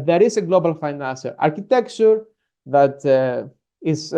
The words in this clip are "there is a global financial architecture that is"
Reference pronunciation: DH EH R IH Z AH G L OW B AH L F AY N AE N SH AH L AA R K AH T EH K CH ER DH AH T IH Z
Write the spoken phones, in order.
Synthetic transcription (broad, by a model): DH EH R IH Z AH G L OW B AH L F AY N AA N S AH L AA R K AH T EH K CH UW DH AH T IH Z